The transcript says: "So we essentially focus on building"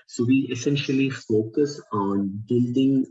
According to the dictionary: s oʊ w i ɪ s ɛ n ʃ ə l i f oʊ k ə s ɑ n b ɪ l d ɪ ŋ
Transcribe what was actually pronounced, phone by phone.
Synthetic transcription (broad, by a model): s oʊ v i ɪ s ɛ n ʃ ə l i f oʊ k ə s ɑ n b ɪ l d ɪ ŋ